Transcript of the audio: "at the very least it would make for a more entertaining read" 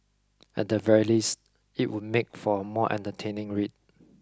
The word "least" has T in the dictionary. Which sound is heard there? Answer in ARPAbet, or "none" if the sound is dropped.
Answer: T